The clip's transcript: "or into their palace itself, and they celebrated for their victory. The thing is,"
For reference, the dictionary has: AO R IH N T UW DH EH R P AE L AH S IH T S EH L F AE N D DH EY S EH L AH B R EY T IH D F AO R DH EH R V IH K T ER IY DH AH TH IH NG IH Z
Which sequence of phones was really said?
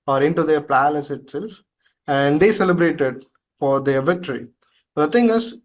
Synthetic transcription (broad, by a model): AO R IH N T UW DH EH R P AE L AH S IH T S EH L F AE N D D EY S EH L AH B R EY T IH D F AO R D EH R V IH K T ER IY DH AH T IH NG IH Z